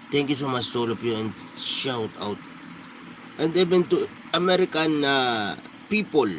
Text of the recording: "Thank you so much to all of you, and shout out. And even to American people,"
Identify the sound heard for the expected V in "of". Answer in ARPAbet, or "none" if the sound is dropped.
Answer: P